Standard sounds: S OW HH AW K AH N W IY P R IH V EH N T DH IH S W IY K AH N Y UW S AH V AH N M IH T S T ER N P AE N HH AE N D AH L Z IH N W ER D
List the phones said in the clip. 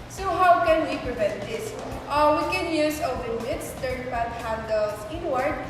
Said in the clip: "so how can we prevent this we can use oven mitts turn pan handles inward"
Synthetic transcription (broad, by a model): S OW HH AW K AH N W IY P R IH V EH N T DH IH S W IY K AH N Y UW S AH W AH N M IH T S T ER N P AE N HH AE N D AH L S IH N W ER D